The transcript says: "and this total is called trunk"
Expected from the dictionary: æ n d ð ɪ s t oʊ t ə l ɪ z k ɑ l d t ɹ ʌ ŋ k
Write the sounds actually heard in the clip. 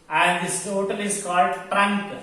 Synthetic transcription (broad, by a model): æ n d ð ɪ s t oʊ t ə l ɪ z k ɑ l d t ɹ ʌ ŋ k